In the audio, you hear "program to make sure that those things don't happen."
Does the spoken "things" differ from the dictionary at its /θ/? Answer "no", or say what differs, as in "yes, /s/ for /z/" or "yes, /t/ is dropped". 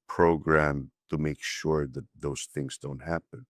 no